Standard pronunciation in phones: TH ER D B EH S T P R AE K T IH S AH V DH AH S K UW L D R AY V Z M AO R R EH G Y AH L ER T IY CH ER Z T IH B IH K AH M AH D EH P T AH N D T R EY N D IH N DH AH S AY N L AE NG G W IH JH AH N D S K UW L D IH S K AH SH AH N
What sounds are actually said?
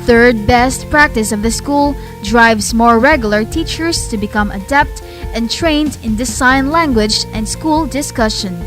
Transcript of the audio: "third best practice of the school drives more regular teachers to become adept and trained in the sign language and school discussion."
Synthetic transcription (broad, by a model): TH ER D B EH S T P R AE K T IH S AH V DH AH S K UW L D R AY V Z M AO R R EH G Y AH L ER T IY CH ER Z T IH B IH K AH M AH D EH P T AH N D T R EY N D IH N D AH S AY N L AE NG G W IH JH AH N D S K UW L D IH S K AH SH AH N